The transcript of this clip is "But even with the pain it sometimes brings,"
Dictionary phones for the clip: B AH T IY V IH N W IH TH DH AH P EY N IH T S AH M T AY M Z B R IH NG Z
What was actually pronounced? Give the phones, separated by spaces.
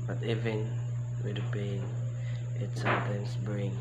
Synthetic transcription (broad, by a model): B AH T IY V IH N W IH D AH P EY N IH T S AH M T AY M S B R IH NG